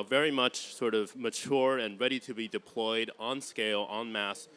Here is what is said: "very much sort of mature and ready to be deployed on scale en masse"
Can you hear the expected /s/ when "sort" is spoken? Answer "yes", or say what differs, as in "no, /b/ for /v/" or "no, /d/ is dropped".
yes